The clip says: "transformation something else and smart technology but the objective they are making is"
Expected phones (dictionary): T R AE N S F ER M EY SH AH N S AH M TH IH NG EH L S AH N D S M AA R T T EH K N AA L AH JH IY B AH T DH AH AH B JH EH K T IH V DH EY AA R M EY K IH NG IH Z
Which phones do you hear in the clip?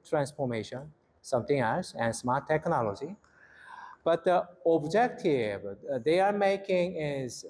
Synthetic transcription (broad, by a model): T R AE N S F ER M EY SH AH N S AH M T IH NG EH L S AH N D S M AA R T T EH K N AA L AH JH IY B AH T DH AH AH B JH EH K T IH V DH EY AA R M EY K IH NG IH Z